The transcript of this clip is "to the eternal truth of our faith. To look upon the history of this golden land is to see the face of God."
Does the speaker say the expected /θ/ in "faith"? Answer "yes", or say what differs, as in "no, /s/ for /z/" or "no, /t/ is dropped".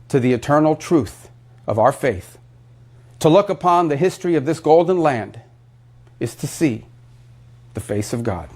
yes